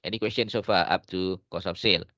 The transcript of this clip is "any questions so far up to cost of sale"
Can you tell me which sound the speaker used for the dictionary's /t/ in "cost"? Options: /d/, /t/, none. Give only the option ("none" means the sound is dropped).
none